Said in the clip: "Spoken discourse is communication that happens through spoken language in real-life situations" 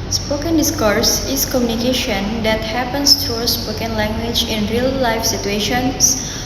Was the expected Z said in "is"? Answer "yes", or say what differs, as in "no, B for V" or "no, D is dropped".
no, S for Z